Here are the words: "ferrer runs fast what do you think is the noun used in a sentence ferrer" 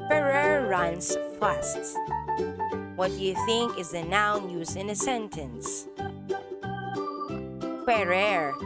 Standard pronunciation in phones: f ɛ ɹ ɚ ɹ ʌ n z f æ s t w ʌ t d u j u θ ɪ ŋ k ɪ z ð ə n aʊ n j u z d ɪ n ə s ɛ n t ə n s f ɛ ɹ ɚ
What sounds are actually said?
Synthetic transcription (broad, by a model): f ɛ ɹ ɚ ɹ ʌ n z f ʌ s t w ʌ t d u j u θ ɪ ŋ k ɪ z ð ə n aʊ n j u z ɪ n ə s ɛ n t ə n s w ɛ ɹ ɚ